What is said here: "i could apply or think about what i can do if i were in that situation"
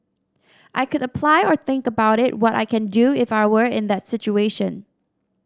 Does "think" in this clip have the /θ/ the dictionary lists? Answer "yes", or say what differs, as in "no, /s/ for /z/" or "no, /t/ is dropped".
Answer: yes